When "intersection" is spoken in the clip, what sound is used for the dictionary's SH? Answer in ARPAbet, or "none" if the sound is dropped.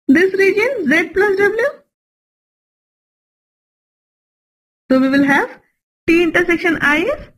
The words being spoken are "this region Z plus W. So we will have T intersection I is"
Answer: SH